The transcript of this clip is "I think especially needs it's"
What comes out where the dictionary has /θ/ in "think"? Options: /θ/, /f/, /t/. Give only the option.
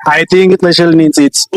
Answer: /t/